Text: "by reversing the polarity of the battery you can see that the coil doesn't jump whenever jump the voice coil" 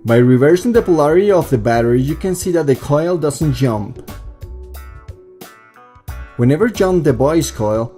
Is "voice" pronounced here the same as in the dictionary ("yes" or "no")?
no